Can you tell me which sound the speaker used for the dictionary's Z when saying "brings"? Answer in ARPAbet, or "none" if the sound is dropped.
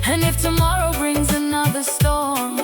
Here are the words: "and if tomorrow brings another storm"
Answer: Z